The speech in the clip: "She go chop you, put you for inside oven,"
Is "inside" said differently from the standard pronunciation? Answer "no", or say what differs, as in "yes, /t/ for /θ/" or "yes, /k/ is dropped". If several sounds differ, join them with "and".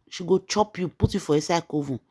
yes, /n/ is dropped